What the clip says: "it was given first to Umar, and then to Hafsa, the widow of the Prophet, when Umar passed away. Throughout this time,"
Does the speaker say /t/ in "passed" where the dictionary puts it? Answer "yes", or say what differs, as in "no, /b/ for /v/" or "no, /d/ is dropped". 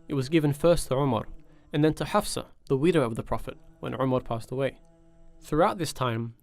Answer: yes